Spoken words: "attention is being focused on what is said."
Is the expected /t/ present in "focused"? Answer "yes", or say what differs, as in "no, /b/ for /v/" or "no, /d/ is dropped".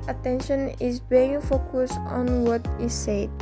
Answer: no, /t/ is dropped